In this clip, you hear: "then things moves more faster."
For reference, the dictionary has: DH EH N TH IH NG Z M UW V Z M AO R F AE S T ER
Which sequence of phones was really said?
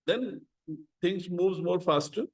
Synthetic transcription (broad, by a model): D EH N T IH NG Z M UW V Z M AO R F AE S T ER